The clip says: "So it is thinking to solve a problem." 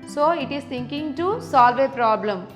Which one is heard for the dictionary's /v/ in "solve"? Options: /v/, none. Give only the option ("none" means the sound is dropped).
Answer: /v/